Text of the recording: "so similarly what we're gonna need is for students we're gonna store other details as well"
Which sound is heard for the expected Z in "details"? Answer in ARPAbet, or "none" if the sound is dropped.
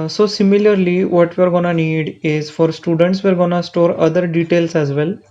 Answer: S